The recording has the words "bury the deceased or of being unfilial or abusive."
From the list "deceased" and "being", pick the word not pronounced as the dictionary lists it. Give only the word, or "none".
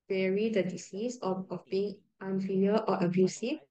deceased